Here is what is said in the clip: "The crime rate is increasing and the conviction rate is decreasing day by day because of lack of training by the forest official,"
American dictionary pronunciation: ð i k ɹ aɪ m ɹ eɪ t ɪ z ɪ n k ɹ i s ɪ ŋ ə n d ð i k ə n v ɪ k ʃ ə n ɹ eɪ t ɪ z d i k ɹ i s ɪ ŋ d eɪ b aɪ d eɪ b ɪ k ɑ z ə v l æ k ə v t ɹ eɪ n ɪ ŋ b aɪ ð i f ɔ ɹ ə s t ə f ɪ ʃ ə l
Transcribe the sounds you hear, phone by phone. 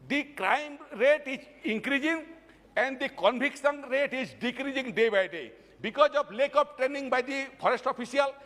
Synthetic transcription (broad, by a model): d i k ɹ aɪ m ɹ eɪ t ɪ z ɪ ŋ k ɹ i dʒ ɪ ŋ ə n d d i k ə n b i k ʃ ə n ɹ eɪ t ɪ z d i k ɹ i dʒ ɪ ŋ d eɪ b aɪ d eɪ b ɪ k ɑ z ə b l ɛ k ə p t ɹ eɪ n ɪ ŋ b aɪ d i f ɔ ɹ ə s t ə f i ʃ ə l